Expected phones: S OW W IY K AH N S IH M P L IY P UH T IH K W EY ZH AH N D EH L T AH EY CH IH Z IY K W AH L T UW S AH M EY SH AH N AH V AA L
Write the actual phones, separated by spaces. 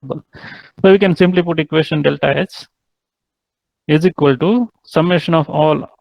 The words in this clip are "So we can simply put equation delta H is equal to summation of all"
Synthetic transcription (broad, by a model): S OW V IY K AH N S IH M P L IY P UH T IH K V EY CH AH N D EH L T AH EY S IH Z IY K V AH L T UW S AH M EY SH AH N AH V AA L